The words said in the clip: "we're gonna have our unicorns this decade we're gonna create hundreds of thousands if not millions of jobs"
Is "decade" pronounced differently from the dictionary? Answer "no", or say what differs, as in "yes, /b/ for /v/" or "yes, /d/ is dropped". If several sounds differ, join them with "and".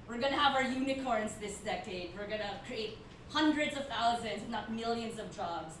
no